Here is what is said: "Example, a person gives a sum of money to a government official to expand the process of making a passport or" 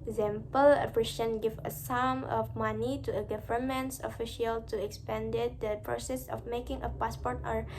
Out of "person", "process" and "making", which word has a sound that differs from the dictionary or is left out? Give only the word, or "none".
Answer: person